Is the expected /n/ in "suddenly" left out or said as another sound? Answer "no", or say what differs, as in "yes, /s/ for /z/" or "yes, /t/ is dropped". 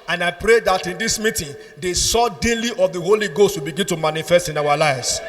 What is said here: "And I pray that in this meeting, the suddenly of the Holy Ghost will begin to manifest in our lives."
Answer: yes, /n/ is dropped